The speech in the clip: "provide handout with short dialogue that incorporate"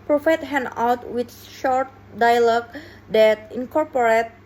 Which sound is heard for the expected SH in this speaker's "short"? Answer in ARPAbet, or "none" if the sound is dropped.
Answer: SH